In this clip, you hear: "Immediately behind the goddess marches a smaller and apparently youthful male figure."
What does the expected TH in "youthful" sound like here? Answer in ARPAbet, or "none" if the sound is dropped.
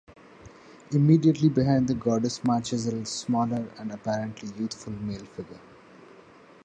T